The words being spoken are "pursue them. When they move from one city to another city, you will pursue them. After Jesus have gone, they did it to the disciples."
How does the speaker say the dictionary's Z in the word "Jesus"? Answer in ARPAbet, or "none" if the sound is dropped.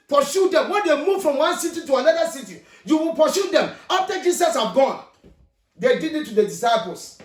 S